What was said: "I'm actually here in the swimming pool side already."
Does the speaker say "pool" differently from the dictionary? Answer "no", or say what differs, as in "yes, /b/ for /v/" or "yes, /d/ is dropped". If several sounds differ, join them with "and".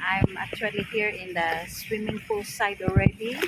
yes, /f/ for /p/